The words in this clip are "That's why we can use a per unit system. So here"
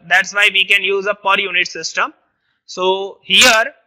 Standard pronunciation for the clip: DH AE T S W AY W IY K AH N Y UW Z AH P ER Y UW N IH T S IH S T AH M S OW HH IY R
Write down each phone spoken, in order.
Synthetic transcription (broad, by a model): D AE T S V AY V IY K AH N Y UW Z AH P ER Y UW N IH T S IH S T AH M S OW HH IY R